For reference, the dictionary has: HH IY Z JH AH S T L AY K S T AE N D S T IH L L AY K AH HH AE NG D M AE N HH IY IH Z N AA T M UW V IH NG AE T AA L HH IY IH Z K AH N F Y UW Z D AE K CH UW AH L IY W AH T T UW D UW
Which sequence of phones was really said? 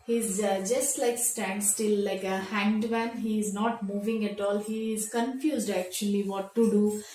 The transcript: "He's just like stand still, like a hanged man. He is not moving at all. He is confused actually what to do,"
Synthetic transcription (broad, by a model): HH IY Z JH AH S T L AY K S T AE N D S T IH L L AY K AH HH AE NG D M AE N HH IY IH Z N AA T M UW V IH NG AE T AA L HH IY IH Z K AH N F Y UW Z D AE K CH UW AH L IY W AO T T UW D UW